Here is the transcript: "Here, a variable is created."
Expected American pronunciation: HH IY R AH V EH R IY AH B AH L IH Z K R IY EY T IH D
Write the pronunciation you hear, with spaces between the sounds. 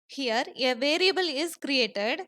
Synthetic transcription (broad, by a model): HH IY R AH V EH R IY AH B AH L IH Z K R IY EY T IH D